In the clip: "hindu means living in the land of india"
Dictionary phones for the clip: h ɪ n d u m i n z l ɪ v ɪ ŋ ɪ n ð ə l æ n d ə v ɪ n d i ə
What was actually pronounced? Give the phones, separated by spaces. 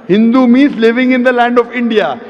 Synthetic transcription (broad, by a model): h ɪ n d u m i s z l ɪ v ɪ ŋ ɪ n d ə l æ n d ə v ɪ n d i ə